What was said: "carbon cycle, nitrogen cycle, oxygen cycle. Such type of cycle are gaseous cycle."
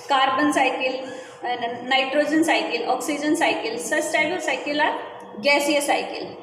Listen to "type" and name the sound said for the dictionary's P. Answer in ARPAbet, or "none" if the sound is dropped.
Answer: B